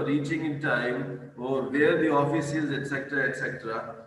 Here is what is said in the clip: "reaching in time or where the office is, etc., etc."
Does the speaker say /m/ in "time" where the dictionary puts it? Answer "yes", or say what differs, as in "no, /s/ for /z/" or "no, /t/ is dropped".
yes